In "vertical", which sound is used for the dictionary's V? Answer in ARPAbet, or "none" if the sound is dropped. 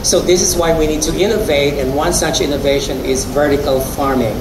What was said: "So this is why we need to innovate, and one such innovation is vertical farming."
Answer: V